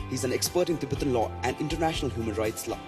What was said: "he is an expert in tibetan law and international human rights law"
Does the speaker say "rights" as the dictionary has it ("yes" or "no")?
yes